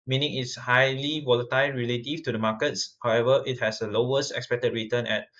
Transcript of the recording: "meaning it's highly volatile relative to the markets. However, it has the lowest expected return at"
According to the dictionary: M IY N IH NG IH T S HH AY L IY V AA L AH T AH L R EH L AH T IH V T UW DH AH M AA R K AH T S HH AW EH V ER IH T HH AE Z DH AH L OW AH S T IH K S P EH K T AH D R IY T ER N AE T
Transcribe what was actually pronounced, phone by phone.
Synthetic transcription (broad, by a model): M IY N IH NG IH T S HH AY L IY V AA L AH T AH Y R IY L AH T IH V T UW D AH M AA K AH T S HH AW EH V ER IH T HH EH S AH L OW AH S T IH K S P EH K T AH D R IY T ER N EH T